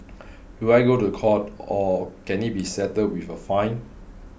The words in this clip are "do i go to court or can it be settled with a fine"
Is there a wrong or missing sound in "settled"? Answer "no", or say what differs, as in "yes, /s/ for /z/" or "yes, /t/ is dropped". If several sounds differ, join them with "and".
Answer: yes, /l/ is dropped